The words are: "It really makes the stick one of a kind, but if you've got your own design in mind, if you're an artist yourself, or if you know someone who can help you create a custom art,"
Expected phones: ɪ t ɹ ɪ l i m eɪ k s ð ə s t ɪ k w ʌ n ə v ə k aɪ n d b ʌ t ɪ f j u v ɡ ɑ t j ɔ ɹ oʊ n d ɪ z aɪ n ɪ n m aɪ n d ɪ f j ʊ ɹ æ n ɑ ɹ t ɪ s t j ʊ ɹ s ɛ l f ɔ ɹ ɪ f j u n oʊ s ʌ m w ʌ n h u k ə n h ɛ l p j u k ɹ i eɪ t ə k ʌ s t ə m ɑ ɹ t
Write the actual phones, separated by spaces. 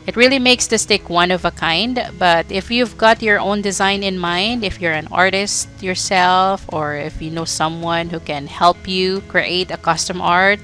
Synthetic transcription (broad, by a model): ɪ t ɹ ɪ l i m eɪ k s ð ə s t ɪ k w ʌ n ə v ə k aɪ n d b ʌ t ɪ f j u v ɡ ɑ t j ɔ ɹ oʊ n d ɪ z aɪ n ɪ n m aɪ n d ɪ f j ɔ ɹ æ n ɑ ɹ t ɪ s t j ʊ ɹ s ɛ l f ɔ ɹ ɪ f j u n oʊ s ʌ m w ʌ n h u k ə n h ɛ l p j u k ɹ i eɪ t ə k ʌ s t ə m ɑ ɹ t